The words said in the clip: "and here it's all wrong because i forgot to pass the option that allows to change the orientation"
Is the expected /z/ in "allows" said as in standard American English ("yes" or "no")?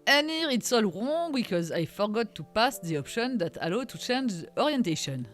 no